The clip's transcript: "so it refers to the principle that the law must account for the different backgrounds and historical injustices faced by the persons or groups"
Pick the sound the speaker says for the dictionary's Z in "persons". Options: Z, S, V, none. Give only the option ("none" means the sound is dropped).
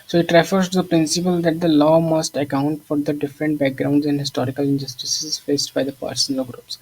none